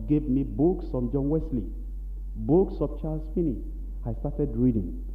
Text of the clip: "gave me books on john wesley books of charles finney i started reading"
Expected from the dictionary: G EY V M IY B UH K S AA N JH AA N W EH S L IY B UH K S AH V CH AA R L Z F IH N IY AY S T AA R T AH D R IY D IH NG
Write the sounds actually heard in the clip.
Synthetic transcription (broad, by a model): G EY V M IY B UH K S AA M JH AA N W EH S L IY B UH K S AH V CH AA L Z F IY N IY AY S T AA T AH D R IY D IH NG